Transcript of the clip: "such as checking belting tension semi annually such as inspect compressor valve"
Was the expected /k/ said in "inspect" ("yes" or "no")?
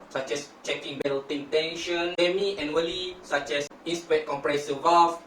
no